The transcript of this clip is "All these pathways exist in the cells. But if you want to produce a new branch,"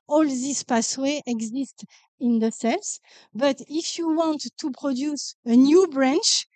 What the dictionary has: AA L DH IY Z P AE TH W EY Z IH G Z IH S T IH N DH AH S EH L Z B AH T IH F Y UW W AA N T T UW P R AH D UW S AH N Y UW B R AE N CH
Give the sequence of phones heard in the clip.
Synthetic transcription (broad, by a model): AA L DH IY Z P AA S W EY IH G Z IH S T IH N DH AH S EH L S B AH T IH F Y UW W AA N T T UW P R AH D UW S AH N Y UW B R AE N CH